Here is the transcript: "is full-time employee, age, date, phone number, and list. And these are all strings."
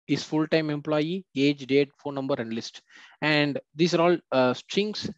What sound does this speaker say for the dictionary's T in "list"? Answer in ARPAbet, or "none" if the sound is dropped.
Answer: T